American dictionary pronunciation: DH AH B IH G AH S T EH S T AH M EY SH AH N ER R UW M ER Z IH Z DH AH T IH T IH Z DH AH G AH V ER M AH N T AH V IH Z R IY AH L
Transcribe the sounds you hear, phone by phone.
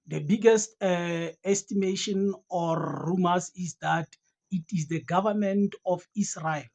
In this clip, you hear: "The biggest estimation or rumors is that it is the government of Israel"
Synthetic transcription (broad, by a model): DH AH B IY G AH S T EH S T AH M EY SH AH N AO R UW M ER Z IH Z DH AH T IH T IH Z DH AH G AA V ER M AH N T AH F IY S R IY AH L